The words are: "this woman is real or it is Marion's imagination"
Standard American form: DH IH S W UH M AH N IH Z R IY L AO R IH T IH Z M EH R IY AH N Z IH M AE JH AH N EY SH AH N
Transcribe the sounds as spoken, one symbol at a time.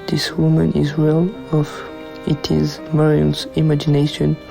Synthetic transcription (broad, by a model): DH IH S W UH M AH N IH Z W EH L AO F IH T IH Z M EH R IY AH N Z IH M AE JH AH N EY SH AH N